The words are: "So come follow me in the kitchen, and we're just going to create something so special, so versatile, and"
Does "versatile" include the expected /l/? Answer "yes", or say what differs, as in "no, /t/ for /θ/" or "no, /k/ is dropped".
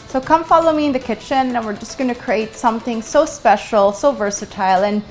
yes